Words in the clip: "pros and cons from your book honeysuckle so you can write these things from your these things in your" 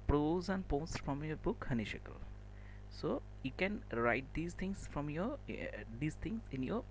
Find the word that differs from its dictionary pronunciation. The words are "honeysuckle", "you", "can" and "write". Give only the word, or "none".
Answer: honeysuckle